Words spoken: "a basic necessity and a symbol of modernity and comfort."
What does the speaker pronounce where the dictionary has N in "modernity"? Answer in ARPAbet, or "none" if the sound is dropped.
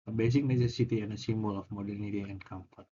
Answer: N